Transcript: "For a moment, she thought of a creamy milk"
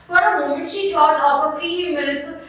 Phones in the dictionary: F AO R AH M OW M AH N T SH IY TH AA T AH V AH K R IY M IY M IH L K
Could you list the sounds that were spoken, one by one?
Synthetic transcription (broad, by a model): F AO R AH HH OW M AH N SH IY T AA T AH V AH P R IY IY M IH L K